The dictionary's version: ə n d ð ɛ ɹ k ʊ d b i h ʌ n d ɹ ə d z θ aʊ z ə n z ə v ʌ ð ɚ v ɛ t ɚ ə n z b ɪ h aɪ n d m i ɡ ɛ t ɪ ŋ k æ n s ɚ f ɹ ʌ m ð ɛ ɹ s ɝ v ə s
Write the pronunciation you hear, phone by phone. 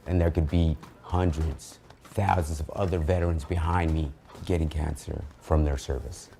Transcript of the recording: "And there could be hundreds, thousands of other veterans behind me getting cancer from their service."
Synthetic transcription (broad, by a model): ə n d ð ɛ ɹ k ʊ d b i h ʌ n d ɹ ə d z θ aʊ z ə n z ə v ʌ ð ɚ v ɛ t ɚ ə n z b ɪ h aɪ n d m i ɡ ɛ t ɪ ŋ k æ n s ɚ f ɹ ʌ m ð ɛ ɹ s ɝ v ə s